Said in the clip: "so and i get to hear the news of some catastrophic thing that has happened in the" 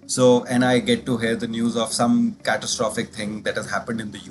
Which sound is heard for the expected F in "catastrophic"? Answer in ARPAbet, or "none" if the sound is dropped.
F